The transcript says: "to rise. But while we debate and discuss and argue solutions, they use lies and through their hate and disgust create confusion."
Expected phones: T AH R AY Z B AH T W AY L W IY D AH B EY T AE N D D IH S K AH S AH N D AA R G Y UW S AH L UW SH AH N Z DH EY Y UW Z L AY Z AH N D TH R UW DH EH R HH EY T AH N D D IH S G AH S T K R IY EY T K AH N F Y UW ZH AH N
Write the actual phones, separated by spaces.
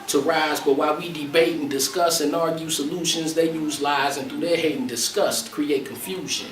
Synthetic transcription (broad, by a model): T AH R AY Z B AH T W AY L W IY D AH B EY T N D D IH S K AH S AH N AA R G Y UW S AH L UW SH AH N Z DH EY Y UW Z L AY Z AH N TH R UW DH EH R HH EY T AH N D D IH S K AH S T K R IY EY T K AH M F Y UW ZH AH N